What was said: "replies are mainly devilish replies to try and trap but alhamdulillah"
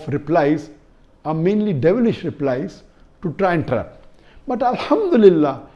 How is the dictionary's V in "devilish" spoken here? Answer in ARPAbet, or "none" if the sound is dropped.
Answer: V